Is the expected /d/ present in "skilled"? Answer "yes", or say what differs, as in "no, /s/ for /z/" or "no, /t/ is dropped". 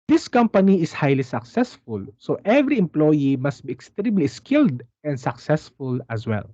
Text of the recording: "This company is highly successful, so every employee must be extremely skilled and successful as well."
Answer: yes